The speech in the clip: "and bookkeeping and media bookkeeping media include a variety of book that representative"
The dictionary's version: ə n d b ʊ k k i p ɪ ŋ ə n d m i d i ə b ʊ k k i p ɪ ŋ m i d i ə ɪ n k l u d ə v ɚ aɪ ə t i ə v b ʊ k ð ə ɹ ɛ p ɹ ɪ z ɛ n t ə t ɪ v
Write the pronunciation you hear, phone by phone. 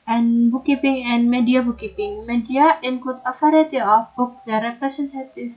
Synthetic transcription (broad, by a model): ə n b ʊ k k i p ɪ ŋ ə n m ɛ d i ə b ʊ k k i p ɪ ŋ m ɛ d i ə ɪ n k u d ə f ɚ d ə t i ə f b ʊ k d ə ɹ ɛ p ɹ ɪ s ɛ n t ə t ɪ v